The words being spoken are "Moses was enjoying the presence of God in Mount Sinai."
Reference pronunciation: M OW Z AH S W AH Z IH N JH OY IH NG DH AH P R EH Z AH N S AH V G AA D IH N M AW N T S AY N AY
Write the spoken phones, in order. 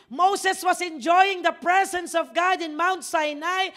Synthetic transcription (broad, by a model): M OW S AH S W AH S IH N JH OY IH NG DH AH P R EH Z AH N S AH V G AA D IH N M AW N T S AY N AY